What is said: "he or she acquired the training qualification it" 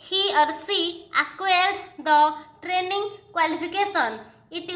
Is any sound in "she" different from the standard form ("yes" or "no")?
yes